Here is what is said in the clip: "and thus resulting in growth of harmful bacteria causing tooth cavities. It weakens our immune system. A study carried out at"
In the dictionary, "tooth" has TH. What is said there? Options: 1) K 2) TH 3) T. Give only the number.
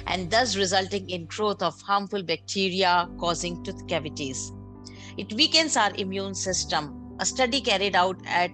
3